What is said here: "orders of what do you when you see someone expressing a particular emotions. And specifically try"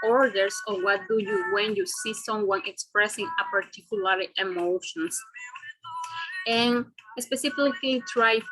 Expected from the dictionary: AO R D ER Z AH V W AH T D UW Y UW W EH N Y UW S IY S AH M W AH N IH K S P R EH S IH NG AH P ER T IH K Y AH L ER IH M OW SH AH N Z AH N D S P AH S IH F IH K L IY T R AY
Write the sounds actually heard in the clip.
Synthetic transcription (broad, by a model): AO R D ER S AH W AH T D UW Y UW W EH N Y UW S IY S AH M W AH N IH K S P R EH S IH NG AH P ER T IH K Y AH L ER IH M OW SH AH N S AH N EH S P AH S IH F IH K L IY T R AY